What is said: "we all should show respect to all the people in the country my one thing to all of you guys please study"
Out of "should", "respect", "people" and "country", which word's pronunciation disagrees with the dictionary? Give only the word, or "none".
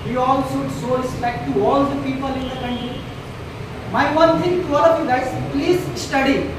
should